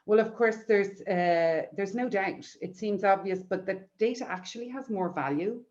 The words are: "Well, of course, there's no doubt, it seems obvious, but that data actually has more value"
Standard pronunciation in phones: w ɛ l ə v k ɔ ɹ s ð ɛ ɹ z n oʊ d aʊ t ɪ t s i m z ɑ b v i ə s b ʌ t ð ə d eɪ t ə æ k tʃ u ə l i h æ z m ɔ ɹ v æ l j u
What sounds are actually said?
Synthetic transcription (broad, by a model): w ɛ l ə v k ɔ ɹ s ð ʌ ɹ z n oʊ d aʊ t ɪ t s i m z ɑ b v i ə s b ʌ t ð ə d eɪ t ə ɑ k tʃ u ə l i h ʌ z m ɔ ɹ v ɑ l j u